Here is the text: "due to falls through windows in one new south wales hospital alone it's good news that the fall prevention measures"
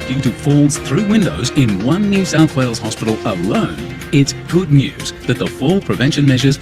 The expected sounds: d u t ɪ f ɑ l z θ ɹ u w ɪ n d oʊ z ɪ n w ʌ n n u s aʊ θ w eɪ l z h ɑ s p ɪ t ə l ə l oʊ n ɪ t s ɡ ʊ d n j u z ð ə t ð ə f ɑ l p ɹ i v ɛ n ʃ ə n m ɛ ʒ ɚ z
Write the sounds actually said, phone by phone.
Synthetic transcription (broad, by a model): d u t ɪ f ɑ l z θ ɹ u w ɪ n d oʊ z ɪ n w ʌ n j u s aʊ θ w eɪ l z h ɑ s p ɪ t l ə l oʊ n ɪ t s ɡ ʊ d n j u z ð ə t ð ə f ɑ l p ɹ i v ɛ n ʃ ə n m ɛ ʒ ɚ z